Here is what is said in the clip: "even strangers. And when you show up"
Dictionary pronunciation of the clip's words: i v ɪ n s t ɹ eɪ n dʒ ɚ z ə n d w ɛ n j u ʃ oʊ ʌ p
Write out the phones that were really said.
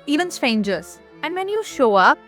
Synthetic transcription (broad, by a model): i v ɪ n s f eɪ n dʒ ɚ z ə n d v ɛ n j u ʃ oʊ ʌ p